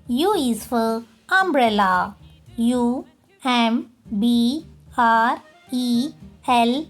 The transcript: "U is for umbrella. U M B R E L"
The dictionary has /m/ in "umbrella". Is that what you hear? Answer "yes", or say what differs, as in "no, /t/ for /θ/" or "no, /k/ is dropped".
yes